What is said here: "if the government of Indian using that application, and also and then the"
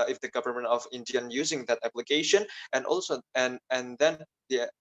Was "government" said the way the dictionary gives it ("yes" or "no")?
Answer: yes